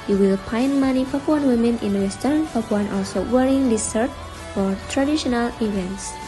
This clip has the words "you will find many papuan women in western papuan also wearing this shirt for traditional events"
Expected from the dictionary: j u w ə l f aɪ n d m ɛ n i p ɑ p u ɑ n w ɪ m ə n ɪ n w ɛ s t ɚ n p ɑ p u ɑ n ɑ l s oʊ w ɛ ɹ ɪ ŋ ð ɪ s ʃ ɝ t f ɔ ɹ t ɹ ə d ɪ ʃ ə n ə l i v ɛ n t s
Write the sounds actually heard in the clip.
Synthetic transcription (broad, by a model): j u w ə l p aɪ n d m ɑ n i p ɑ p u ɑ n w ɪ m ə n ɪ n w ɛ s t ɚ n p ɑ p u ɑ n ɑ l s oʊ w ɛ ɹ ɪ ŋ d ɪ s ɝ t f ɔ ɹ t ɹ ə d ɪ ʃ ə n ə l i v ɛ n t s